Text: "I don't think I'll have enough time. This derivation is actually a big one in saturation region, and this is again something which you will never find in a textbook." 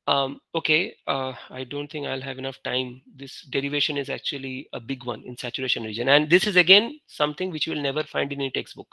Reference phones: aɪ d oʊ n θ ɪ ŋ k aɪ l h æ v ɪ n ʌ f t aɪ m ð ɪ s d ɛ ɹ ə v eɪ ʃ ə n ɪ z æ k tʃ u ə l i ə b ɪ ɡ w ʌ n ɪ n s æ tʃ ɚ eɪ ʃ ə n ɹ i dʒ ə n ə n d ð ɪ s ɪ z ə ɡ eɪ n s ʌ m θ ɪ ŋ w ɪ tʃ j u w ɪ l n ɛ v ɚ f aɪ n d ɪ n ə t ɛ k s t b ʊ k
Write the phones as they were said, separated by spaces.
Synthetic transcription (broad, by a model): aɪ d oʊ n t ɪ ŋ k aɪ l h æ v ɪ n ʌ f t aɪ m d ɪ s d ɛ ɹ ə v eɪ ʃ ə n ɪ z æ k tʃ u ə l i ə b ɪ ɡ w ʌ n ɪ n s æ tʃ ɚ eɪ ʃ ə n ɹ i dʒ ə n ə n d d ɪ s ɪ z ə ɡ eɪ n s ʌ m t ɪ ŋ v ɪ tʃ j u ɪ l n ɛ v ɚ f aɪ n d ɪ n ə t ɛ k s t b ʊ k